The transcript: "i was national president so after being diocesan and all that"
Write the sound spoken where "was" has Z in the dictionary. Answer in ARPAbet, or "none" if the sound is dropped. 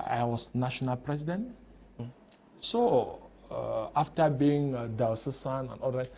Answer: S